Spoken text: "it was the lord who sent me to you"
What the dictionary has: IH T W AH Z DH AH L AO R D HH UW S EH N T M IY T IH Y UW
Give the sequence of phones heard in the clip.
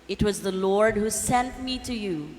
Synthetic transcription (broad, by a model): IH T W AH Z DH AH L AO R D HH UW S EH N T M IY T IH Y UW